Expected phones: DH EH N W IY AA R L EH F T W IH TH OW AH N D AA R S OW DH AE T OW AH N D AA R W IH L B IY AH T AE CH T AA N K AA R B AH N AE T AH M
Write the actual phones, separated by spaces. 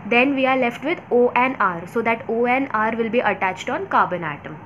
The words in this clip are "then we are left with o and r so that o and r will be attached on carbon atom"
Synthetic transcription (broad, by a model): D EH N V IY AA R L EH F T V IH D OW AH N AA R S OW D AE T OW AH N AA R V IH L B IY AH T AE CH T AA N K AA B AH N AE T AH M